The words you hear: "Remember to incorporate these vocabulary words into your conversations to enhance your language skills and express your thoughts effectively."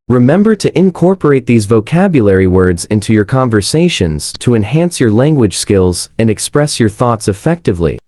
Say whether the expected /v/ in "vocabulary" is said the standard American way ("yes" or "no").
yes